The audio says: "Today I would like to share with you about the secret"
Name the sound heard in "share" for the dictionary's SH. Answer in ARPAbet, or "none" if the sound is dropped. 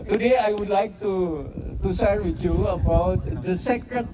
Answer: S